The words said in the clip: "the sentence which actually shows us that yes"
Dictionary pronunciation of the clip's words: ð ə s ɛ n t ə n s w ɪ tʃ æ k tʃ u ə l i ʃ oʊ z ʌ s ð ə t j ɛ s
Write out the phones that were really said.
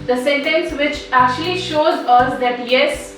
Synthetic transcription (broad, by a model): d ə s ɛ n t ə n s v ɪ tʃ æ k tʃ u ə l i ʃ oʊ z ʌ s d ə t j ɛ s